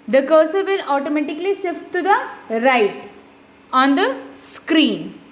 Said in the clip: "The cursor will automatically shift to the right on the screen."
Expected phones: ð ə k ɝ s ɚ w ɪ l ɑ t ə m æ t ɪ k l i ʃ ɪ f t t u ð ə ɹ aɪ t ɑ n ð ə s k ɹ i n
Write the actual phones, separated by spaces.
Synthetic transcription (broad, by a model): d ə k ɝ s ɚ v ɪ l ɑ t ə m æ t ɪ k l i s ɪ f t t u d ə ɹ aɪ t ɑ n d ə s k ɹ i n